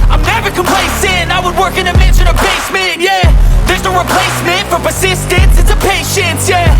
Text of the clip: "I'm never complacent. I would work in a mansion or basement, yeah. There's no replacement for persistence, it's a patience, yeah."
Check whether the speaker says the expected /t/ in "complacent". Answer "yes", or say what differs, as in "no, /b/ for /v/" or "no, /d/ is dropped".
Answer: no, /t/ is dropped